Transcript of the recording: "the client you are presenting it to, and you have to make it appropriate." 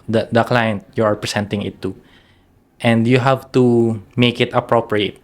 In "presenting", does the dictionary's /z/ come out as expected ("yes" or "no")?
no